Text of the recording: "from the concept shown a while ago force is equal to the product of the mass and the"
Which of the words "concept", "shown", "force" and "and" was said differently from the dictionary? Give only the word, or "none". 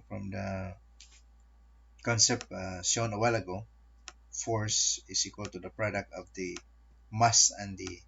shown